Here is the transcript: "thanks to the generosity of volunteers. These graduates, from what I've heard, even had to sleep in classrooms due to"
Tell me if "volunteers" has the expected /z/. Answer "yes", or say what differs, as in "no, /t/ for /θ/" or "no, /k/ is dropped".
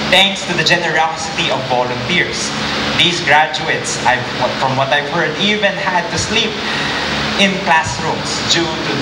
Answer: no, /s/ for /z/